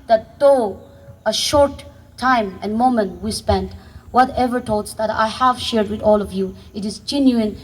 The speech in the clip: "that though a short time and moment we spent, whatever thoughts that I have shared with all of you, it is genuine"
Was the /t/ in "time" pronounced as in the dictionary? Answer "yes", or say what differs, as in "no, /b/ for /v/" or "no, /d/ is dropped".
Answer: yes